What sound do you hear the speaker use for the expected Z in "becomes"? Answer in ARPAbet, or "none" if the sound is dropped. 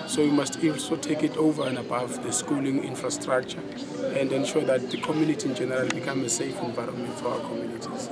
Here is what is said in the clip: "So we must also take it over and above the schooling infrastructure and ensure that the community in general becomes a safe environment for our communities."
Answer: none